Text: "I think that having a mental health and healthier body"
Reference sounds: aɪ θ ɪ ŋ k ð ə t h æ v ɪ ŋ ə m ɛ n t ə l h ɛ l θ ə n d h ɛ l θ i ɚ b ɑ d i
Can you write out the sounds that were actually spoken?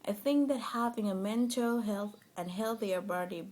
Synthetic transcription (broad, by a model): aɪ θ ɪ ŋ k ð ə t h æ v ɪ ŋ ə m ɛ n t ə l h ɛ l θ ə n h ɛ l θ i ɚ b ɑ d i